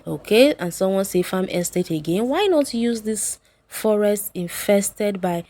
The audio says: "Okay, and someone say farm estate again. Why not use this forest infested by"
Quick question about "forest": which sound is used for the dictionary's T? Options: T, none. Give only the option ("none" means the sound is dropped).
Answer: T